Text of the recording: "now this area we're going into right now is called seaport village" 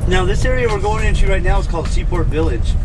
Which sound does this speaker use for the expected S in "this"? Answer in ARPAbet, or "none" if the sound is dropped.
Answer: S